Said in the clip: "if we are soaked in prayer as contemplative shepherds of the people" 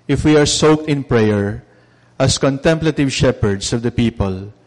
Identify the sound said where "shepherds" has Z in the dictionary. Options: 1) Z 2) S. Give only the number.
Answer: 2